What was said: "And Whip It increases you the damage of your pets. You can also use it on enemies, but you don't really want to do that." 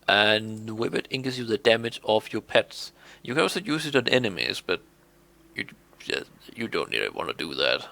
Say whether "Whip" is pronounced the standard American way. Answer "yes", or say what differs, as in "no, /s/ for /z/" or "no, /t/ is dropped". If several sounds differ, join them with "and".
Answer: no, /b/ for /p/